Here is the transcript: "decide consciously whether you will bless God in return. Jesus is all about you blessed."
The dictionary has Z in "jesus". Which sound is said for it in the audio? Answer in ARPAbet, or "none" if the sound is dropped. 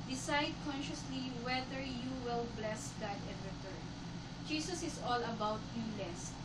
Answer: S